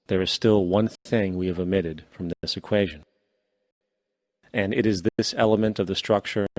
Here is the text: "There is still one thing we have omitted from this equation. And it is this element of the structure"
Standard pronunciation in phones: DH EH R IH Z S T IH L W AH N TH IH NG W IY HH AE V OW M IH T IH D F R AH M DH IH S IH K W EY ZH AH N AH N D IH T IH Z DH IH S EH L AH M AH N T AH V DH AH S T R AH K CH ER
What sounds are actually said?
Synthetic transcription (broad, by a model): DH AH R IH Z S T IH L W AH N TH IH NG W IY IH V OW M IH T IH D F R AH M DH IH S IH K W EY ZH AH N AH N IH T IH Z DH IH S EH L AH M AH N T AH V DH AH S T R AH K CH ER